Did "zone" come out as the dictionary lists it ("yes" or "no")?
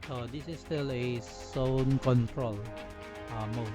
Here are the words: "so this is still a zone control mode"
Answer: no